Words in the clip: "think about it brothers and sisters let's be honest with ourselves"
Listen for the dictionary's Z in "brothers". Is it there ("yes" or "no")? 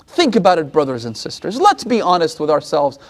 yes